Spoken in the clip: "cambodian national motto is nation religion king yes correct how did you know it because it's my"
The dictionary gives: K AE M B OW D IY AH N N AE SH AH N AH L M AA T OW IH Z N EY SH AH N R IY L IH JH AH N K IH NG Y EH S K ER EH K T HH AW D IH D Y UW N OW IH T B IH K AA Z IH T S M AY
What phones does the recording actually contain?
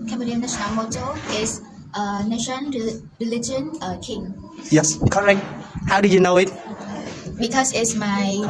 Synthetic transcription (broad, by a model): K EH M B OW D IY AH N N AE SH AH N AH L M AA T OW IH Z N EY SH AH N R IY L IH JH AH N K IH NG Y EH S K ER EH K T HH AW D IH Y UW N OW IH T B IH K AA S IH T S M AY